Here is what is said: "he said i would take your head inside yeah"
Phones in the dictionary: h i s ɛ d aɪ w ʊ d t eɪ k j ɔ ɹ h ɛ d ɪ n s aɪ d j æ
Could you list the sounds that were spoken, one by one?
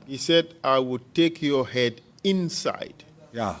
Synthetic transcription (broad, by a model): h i s ɛ d aɪ w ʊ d t eɪ k j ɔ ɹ h ɛ d ɪ n s aɪ d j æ